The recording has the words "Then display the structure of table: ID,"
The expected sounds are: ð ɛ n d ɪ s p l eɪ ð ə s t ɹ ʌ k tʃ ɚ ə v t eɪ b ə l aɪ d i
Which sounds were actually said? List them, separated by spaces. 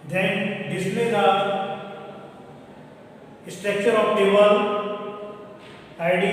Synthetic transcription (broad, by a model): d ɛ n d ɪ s l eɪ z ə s t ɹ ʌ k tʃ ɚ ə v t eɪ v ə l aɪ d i